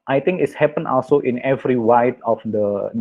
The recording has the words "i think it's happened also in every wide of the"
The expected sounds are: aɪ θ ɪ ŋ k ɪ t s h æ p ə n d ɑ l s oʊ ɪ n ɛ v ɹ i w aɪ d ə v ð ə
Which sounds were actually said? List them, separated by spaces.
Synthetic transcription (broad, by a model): aɪ t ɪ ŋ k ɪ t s h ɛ p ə n ɑ l s oʊ ɪ n ɛ v ɹ i w aɪ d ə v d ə